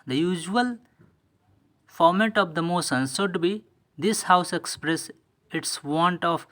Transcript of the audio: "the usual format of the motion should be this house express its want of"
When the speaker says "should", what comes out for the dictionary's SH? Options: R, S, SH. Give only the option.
S